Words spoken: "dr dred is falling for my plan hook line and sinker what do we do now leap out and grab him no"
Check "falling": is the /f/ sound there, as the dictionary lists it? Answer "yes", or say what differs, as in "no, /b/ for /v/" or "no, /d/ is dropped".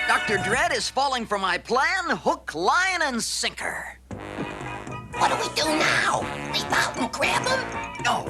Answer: yes